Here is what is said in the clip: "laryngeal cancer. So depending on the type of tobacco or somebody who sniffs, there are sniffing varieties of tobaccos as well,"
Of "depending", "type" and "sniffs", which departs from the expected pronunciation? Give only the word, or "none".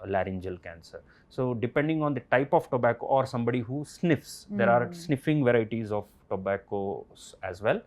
none